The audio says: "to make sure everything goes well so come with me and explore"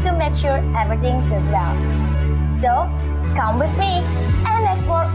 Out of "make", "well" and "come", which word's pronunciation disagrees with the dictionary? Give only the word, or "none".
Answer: well